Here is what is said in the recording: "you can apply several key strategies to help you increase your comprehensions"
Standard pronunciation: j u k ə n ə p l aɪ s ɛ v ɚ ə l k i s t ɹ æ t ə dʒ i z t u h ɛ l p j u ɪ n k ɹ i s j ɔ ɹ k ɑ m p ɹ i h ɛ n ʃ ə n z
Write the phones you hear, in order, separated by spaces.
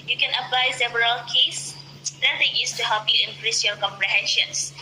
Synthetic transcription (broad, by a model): j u k ə n ə p l aɪ s ɛ v ɚ ə l k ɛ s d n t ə i s t u h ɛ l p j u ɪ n k ɹ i s j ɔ k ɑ m p ɹ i h ɛ n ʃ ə n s